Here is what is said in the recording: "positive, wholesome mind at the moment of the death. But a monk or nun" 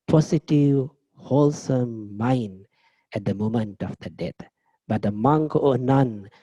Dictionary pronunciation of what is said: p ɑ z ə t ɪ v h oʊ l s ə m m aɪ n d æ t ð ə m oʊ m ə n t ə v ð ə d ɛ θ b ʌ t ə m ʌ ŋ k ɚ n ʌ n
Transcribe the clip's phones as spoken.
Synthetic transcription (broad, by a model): p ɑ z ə t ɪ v h oʊ l s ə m m aɪ n d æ t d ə m oʊ m ə n t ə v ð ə d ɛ t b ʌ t ə m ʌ ŋ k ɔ n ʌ n